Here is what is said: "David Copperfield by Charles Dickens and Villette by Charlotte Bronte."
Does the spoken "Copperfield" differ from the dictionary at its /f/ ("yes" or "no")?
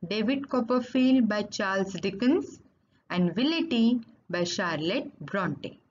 no